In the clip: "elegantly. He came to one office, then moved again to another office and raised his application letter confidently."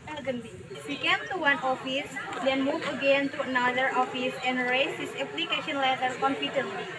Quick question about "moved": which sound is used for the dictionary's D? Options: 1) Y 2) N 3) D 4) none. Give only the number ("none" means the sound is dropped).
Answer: 4